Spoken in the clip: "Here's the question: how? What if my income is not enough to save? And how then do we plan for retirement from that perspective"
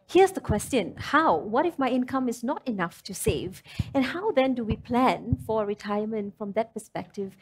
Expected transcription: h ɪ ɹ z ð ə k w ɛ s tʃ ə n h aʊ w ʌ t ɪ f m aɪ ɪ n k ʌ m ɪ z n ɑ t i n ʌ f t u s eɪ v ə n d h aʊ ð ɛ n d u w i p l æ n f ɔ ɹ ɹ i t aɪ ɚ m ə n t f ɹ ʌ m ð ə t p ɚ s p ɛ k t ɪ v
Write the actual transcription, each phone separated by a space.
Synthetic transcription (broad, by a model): h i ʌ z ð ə k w ɛ s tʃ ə n h aʊ w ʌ t ɪ f m aɪ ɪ n k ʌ m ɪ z n ɑ t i n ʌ f t u s eɪ v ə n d h aʊ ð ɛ n d u w i p l æ n f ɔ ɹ ɹ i t aɪ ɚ m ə n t f ɹ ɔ m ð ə t p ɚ s p ɛ k t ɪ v